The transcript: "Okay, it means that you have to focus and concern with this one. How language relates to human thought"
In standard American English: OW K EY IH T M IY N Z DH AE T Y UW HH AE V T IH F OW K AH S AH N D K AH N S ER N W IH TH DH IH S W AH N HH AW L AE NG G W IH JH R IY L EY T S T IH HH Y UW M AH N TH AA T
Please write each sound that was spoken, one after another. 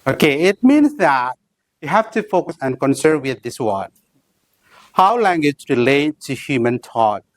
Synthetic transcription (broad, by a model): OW K EY IH T M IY N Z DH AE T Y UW HH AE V T IH F OW K AH S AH N K AH N S ER N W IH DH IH S W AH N HH AW L AE NG G W IH JH R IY L EY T T IH HH Y UW M AH N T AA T